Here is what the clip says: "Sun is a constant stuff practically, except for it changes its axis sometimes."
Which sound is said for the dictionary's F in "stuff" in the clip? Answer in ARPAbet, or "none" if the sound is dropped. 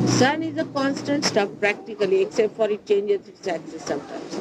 P